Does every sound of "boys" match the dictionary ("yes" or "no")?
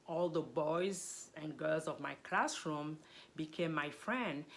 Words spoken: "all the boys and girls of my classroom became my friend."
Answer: yes